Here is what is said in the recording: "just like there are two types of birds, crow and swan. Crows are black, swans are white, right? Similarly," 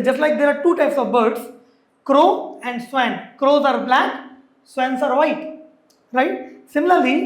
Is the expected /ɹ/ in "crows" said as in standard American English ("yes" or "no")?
yes